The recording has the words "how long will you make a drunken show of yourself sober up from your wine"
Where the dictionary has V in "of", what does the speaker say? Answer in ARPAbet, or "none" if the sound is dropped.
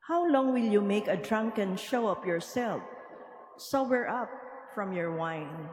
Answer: P